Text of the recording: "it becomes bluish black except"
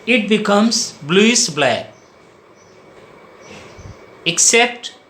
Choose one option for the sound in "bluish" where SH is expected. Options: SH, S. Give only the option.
S